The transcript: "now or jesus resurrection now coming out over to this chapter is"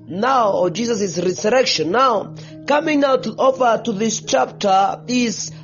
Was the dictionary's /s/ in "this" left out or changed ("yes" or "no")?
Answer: no